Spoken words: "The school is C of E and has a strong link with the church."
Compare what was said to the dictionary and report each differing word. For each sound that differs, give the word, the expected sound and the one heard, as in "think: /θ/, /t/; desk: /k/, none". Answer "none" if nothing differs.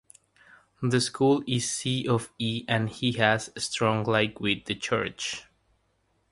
link: /ŋ/, none